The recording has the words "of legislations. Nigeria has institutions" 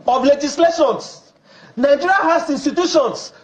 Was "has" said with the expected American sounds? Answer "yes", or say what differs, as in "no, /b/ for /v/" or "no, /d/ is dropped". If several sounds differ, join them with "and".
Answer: no, /s/ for /z/